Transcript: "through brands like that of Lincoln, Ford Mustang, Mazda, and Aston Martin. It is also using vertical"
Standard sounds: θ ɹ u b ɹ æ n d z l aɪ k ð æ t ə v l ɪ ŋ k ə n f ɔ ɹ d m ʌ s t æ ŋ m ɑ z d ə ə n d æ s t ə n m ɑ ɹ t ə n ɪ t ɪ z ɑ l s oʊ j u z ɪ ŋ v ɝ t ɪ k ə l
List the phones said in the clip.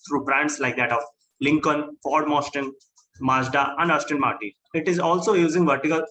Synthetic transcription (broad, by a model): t ɹ u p ɹ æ n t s l aɪ k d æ t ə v l ɪ ŋ k ə n f ɔ ɹ d m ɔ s t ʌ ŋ m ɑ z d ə ə n d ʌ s t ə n m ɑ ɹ t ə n ɪ t ɪ z ɑ l s oʊ j u z ɪ ŋ v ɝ t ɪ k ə l